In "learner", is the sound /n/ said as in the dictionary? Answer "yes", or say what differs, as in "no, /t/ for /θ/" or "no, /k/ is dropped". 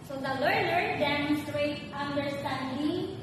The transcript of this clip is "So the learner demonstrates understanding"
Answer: no, /l/ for /n/